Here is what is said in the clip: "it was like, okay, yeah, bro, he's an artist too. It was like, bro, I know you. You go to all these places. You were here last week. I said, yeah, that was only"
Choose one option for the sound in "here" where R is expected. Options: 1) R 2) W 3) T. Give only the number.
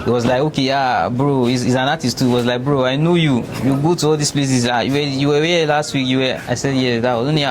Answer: 2